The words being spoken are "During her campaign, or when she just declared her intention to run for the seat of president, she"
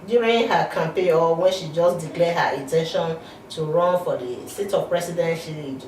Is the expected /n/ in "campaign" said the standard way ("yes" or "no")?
no